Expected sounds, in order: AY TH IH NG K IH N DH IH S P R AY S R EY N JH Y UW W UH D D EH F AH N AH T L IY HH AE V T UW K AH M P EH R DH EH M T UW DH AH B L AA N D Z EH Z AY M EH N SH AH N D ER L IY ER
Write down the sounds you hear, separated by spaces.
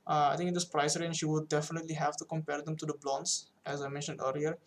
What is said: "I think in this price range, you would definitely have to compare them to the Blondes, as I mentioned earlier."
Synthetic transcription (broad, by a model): AY T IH NG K IH N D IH S P R AY S R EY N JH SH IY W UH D D EH F AH N AH T L IY HH AE V T UW K AH M P EH R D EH M T UW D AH B L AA N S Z EH Z AY M EH N SH AH N D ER L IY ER